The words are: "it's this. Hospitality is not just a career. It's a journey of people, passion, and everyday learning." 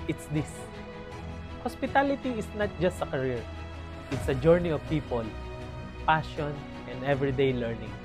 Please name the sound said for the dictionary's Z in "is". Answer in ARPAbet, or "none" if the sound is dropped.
S